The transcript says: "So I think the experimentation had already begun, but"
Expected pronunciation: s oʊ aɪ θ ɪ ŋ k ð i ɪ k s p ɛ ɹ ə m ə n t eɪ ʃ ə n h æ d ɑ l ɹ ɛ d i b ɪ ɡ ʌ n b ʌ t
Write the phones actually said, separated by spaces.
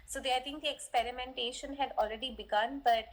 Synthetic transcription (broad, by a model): s oʊ aɪ t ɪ ŋ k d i ɪ k s p ɛ ɹ ə m ə n t eɪ ʃ ə n h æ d ɑ l ɹ ɛ d i b ɪ ɡ ʌ n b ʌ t